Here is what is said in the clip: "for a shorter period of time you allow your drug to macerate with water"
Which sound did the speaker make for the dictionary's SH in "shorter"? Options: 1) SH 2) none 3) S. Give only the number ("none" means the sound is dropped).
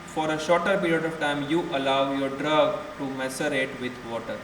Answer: 1